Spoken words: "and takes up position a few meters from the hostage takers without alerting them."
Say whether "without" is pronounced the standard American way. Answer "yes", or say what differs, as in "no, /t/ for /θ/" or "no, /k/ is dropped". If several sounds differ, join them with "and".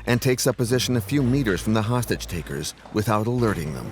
yes